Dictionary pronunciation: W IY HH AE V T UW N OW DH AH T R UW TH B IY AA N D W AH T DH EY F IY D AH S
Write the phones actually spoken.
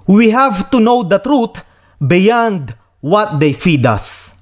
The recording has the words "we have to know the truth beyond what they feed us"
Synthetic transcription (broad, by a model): W IY HH AE V T UW N OW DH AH T R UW T B IY AA N D W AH T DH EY F IY D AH S